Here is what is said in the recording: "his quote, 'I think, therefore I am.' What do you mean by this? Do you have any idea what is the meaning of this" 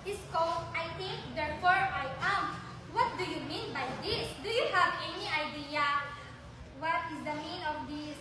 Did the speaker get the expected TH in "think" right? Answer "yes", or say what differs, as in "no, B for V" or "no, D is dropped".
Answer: no, T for TH